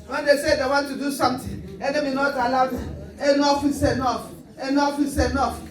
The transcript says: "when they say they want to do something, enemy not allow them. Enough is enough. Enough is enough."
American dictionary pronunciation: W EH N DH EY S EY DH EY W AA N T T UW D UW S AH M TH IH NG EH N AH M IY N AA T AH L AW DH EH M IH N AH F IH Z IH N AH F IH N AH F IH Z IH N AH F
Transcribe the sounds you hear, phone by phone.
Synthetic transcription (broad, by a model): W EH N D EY S EY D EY W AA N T T UW D UW S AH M T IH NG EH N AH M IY N AA T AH L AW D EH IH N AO F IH S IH N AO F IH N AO F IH S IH N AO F